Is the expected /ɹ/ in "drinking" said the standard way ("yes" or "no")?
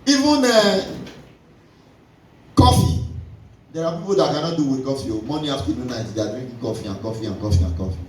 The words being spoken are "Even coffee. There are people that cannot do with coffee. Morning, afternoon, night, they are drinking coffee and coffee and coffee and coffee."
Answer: no